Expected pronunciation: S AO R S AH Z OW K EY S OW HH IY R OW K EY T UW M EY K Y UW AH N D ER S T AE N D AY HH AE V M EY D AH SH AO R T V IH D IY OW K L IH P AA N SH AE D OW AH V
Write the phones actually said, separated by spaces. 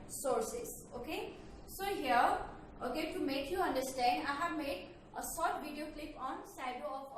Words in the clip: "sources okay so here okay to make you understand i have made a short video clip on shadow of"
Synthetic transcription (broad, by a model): S AO R S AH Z OW K EY S OW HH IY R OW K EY T UW M EY K Y UW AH N D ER S T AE N D AY HH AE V M EY D AH S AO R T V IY D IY OW K L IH P AA N S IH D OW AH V